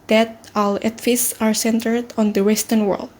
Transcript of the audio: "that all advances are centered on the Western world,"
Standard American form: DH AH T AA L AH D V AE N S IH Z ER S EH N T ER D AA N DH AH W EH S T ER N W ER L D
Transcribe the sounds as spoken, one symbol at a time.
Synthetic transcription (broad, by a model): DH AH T AA L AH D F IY S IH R S EH N T ER D AA N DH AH W EH S T ER N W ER L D